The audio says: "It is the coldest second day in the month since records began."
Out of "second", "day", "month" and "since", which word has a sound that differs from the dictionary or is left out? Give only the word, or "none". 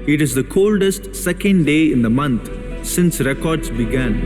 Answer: month